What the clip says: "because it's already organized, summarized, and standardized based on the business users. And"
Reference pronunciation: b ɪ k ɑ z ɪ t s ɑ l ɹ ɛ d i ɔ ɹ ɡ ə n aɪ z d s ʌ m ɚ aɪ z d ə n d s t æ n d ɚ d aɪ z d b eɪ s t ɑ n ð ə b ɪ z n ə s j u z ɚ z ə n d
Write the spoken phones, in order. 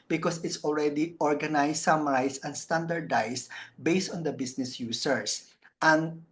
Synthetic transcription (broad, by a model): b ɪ k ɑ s ɪ t s ɑ l ɹ ɛ d i ɔ ɹ ɡ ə n aɪ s s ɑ m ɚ aɪ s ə n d s t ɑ n d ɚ d aɪ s b eɪ s t ɑ n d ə b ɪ s n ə s j u s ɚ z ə n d